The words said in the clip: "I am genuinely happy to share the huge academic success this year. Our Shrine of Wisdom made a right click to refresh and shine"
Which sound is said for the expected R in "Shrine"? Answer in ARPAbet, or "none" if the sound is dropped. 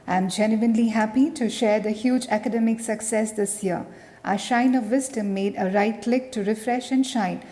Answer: none